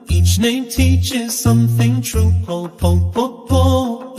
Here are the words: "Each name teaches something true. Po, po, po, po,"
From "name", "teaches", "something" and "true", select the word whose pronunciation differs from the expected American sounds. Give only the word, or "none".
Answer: none